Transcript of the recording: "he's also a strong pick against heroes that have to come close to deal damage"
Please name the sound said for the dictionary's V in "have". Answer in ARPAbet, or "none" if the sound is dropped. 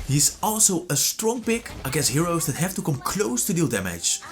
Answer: F